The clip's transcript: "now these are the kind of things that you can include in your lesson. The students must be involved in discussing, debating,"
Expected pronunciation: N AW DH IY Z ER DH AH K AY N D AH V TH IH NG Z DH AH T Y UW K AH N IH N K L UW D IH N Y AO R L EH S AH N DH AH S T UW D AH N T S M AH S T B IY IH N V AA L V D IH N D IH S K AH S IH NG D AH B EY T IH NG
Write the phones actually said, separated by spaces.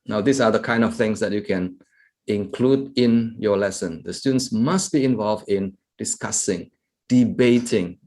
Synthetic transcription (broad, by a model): N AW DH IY S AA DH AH K AY N D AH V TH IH NG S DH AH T Y UW K AH N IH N K L UW D IH N Y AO L EH S AH N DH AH S T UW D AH N S M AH S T B IY IH N V AA L V D IH N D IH S K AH S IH NG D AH B EY T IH NG